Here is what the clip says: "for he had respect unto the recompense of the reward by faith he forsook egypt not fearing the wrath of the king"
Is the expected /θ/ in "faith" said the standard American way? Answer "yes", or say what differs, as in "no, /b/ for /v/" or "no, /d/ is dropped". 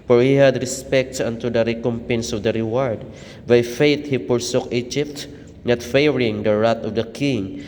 no, /t/ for /θ/